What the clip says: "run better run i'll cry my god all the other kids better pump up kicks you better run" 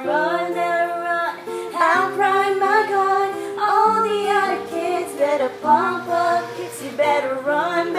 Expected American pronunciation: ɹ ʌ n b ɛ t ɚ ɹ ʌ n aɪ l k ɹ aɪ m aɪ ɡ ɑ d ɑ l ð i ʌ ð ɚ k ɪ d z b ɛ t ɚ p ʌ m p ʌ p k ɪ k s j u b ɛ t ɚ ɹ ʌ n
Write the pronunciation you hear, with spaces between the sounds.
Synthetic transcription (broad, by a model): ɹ ʌ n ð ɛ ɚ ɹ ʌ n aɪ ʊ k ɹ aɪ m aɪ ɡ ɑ ɑ l ð i ʌ ð ɚ k ɪ d z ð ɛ t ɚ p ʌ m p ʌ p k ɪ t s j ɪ b ɛ t ɚ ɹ ʌ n